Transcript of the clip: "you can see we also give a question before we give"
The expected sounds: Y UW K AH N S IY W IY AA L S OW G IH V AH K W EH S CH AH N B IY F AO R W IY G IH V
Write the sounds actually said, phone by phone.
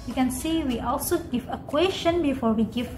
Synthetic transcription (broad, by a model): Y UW K AH N S IY W IY AA L S OW G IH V AH K W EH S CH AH N B IY F AO R W IY G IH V